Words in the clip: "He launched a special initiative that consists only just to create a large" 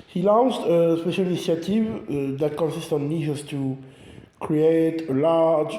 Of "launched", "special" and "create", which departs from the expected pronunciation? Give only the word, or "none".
launched